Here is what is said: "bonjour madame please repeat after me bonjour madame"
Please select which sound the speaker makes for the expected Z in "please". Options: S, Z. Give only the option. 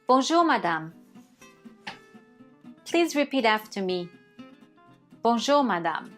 Z